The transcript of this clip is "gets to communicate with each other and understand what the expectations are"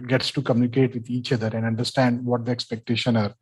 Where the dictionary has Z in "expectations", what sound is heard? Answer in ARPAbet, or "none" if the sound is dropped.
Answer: none